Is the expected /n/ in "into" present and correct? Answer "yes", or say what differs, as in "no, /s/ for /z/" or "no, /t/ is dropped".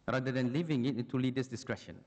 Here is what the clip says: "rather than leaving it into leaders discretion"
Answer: no, /n/ is dropped